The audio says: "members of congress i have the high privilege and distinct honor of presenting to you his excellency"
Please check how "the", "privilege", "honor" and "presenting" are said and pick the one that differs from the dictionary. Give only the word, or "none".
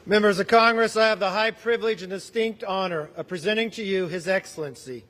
presenting